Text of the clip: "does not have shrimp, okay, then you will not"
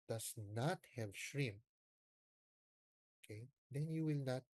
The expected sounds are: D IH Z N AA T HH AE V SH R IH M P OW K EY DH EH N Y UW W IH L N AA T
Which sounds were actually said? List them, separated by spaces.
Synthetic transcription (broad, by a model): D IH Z N AA T HH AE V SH R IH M OW K EY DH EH N Y UW W IH L N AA T